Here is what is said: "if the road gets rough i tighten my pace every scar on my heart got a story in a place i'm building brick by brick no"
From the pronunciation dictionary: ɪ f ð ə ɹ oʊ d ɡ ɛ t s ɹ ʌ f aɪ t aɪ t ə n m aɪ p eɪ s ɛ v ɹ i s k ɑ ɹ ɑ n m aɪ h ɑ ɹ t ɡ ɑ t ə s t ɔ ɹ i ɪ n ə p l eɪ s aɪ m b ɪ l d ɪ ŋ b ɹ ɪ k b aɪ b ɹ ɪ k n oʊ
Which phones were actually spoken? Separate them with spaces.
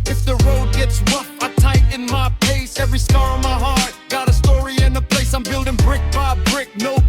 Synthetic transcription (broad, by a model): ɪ f ð ə ɹ oʊ d ɡ ɛ t s w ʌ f aɪ t aɪ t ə n m aɪ p eɪ s ɛ v ɹ i s k ɑ ɹ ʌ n m aɪ h ɑ ɹ t ɡ ɑ t ə s t ɔ ɹ i ɪ n ə p l eɪ s aɪ m b ɪ l d ɪ ŋ b ɹ ɪ k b aɪ b ɹ ɪ k n oʊ